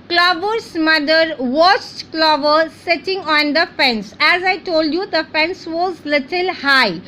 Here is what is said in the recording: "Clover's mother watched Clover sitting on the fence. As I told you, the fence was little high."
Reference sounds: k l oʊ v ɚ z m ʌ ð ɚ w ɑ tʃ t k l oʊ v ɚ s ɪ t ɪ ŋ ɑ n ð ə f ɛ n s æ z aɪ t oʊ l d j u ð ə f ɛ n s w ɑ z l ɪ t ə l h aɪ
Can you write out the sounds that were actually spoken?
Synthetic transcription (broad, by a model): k l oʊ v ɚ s m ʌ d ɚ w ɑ s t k l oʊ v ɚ s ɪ t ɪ ŋ ɑ n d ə f ɛ n s æ z aɪ t oʊ l d j u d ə f ɛ n s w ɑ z l ɪ t ə l h aɪ